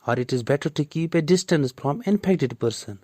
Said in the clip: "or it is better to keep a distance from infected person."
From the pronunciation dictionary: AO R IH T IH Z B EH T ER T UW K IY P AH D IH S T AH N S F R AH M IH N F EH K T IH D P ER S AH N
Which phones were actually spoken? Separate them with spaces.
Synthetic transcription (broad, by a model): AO R IH T IH Z B EH T ER T UW K IY P AH D IH S T AH N S F R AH M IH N P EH K T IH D P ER S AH N